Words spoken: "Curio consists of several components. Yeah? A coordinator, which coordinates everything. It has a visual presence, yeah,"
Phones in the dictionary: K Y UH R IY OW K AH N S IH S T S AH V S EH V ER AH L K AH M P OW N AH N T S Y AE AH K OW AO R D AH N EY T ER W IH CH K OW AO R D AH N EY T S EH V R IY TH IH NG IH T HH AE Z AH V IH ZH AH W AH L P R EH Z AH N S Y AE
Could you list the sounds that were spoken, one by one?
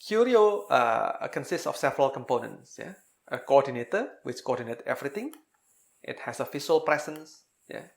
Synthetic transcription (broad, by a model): K Y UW R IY OW K AH N S IH S T S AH F S EH V ER AH L K AH M P OW N AH N T S Y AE AH K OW AO D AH N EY T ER W IH CH K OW AO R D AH N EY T EH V R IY T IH NG IH T HH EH S AH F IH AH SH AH L P R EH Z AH N S Y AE